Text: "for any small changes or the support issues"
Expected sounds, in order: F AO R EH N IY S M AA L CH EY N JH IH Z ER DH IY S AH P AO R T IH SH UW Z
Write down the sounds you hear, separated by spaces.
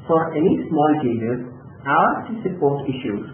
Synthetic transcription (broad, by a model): F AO R EH N IY S M AA L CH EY JH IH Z ER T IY S AH P AO R T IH SH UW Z